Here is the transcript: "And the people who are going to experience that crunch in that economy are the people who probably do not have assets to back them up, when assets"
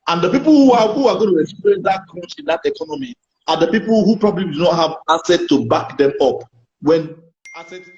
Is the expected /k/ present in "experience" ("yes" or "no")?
no